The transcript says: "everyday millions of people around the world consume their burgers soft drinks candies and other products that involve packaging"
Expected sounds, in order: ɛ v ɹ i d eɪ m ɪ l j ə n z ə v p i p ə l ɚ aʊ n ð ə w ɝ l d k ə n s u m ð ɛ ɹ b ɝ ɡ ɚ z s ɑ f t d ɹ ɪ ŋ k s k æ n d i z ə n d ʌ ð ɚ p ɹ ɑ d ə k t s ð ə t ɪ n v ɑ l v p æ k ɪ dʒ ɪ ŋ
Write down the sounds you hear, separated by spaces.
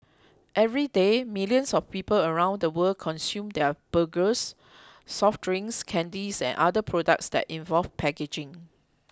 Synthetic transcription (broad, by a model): ɛ v ɹ i d eɪ m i l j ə n s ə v p i p ə l ɚ aʊ n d ə w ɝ l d k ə n s u m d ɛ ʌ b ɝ ɡ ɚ s ɑ f t ɹ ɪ ŋ s k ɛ n d i s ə n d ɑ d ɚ p ɹ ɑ d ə k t s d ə t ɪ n v ɑ l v p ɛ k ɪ dʒ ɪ ŋ